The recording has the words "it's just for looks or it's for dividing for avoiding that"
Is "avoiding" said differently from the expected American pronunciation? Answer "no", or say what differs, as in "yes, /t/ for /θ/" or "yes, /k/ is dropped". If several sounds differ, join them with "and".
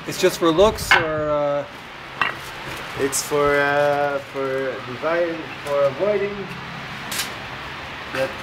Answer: no